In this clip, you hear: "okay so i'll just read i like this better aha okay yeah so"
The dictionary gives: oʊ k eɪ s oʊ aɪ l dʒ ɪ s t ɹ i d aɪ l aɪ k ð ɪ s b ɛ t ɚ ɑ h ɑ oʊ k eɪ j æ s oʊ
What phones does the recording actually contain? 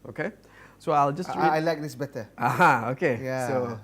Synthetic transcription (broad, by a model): oʊ k eɪ s oʊ aɪ l dʒ ɪ s t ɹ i aɪ l aɪ k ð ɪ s b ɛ t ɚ ɑ h ɑ oʊ k eɪ j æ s oʊ